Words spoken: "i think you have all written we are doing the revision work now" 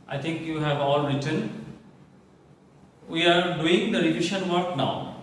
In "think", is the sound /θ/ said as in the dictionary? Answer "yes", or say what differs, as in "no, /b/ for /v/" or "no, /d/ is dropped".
no, /t/ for /θ/